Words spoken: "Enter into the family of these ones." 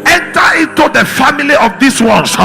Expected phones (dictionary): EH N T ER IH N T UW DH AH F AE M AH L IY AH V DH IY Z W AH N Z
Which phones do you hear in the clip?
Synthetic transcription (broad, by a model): EH N T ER IH N T UW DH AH F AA M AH L IY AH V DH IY S W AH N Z